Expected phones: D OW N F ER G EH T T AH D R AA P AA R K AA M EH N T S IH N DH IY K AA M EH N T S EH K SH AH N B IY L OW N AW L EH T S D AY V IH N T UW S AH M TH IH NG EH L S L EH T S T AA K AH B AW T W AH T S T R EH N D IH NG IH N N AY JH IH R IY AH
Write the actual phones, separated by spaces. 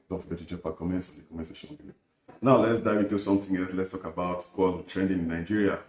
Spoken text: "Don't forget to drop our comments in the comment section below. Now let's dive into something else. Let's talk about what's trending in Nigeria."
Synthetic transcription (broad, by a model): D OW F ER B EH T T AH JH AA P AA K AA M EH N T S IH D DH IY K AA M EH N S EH SH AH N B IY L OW N AW L EH T S D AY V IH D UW S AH M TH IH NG EH L S L EH T S T AA K AH B AW T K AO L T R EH N D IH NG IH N N AY JH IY R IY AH